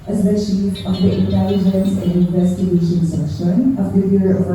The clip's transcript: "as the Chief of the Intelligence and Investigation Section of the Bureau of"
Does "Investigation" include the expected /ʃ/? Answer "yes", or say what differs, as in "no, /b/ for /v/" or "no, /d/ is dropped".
yes